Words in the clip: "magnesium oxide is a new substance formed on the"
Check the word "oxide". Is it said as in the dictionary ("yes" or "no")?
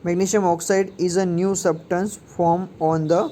yes